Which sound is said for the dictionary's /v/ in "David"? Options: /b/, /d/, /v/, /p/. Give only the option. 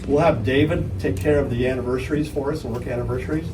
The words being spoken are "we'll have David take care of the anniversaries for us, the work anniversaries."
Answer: /v/